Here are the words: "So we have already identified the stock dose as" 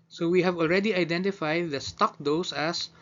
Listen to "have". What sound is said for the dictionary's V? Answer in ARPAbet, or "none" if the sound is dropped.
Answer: V